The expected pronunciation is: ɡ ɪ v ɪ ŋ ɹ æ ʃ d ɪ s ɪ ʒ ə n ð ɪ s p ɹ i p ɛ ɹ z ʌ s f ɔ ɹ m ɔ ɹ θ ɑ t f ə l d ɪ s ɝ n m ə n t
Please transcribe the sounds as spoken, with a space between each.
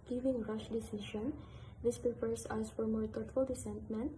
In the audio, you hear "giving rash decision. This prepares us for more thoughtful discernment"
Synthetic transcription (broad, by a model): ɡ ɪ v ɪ ŋ ɹ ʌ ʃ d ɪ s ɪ ʃ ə n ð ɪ s p ɹ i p ɛ ɹ s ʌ s f ɔ ɹ m ɔ ɹ t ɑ t f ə l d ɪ s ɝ n m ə n t